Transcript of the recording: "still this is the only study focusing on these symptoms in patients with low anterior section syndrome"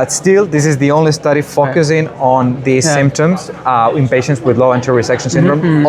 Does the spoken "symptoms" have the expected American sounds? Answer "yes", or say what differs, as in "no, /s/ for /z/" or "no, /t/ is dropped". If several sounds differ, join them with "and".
yes